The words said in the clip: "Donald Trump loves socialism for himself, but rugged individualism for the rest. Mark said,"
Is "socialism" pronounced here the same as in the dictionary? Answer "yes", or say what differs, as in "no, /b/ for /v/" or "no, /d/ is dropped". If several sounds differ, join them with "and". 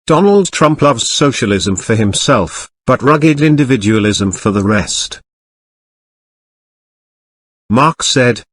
yes